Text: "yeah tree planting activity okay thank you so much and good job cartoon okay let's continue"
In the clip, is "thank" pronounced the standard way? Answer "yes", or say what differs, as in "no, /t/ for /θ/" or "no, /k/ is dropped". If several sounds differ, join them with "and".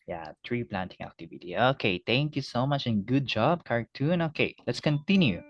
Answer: no, /t/ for /θ/